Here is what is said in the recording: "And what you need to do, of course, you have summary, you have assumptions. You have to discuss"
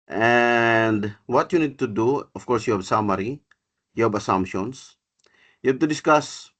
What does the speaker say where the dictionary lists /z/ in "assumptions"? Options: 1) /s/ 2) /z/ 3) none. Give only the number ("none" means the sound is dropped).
1